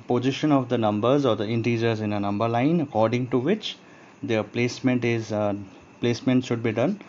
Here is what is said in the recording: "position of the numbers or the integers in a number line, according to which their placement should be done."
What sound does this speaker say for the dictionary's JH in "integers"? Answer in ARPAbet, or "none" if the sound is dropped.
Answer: JH